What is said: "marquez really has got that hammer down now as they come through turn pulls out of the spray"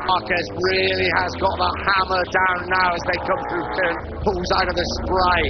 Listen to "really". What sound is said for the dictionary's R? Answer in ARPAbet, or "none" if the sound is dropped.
R